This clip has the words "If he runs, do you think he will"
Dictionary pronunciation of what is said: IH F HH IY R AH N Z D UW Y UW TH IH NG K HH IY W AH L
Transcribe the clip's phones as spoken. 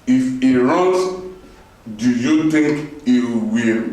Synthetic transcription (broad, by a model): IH F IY R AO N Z D UW Y UW T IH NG K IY W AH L